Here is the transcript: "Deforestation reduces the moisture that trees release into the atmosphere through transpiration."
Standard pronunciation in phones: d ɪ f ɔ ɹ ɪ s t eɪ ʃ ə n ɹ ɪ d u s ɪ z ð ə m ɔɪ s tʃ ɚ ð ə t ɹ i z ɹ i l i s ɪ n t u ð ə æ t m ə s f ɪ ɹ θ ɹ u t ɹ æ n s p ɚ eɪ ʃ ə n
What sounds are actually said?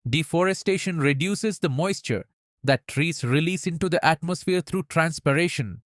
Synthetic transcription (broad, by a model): d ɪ f ɔ ɹ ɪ s t eɪ ʃ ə n ɹ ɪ d u s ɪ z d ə m ɔɪ s tʃ ɚ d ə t ɹ i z ɹ i l i s ɪ n t u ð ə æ t m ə s f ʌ ɹ t ɹ u t ɹ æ n s p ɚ eɪ ʃ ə n